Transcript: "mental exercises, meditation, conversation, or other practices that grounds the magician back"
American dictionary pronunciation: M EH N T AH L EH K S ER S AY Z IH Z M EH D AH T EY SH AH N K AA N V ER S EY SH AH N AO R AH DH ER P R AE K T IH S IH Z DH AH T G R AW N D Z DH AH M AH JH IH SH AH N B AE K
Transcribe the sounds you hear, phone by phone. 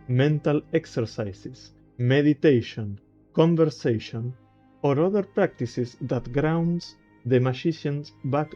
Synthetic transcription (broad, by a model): M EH N T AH L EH K S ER S AY S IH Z M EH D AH T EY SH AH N K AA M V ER S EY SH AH N AO R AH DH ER P R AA K T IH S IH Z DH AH T G R AW N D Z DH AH M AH SH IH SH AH N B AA K